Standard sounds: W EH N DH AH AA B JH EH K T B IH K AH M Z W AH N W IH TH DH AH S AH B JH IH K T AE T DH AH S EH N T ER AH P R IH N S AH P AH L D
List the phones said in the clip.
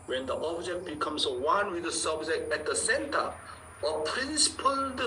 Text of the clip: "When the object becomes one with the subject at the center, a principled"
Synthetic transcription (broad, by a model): W EH N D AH AA B JH EH K T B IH K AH M S W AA N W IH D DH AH S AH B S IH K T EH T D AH S EH N T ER AH P R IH N S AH P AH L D